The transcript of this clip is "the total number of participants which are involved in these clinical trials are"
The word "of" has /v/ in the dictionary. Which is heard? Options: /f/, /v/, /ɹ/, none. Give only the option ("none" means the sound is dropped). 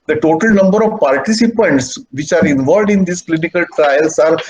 /v/